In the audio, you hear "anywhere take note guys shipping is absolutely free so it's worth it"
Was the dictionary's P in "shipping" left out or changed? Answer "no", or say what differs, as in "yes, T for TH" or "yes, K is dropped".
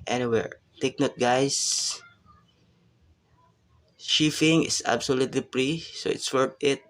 yes, F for P